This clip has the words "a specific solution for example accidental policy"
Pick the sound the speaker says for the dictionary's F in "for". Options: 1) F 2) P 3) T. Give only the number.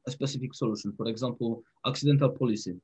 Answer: 2